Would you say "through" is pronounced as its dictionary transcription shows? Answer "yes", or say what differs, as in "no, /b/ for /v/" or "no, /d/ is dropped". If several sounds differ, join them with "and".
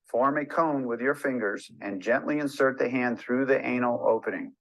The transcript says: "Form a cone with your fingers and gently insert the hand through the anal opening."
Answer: yes